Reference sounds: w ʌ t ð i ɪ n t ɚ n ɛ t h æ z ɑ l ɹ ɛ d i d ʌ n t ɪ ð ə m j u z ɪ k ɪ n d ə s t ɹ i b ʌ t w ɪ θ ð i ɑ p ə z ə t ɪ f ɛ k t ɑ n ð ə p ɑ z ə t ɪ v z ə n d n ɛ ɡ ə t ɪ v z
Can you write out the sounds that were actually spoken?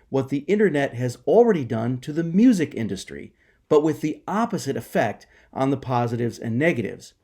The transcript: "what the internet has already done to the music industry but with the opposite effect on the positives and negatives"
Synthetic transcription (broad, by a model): w ʌ t ð i ɪ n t ɚ n ɛ t h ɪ z l ɹ ɛ d i d ʌ n t ɪ ð ə m j u z ɪ k ɪ n d ə s t ɹ i b ʌ t w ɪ ð i ɑ p ə z ə t ɪ f ɛ k t n ð ə p ɑ z ə t ɪ v z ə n n ɛ ɡ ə t ɪ v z